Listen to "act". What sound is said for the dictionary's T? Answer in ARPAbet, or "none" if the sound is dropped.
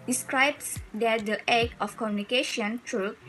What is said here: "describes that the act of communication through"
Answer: none